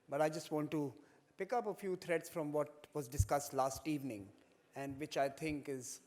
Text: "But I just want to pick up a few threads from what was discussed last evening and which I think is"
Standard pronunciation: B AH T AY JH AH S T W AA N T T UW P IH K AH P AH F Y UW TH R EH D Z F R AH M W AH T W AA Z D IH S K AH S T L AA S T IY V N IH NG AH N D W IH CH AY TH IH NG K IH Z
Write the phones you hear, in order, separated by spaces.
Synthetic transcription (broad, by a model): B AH T AY JH AH S T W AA N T T UW P IH K AH P AH F Y UW T R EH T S F R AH M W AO T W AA Z D IH S K AH S T L AA S T IY V N IH NG AH N D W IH CH AY T IH NG K IH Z